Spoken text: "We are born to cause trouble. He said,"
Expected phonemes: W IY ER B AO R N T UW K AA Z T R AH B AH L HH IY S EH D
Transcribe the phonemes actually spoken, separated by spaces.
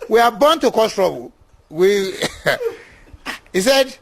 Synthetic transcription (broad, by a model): W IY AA B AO N T UW K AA S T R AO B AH W HH IY S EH D